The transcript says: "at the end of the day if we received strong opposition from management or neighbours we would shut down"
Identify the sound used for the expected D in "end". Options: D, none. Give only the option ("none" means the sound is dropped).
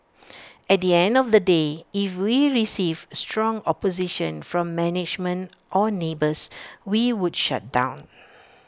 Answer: D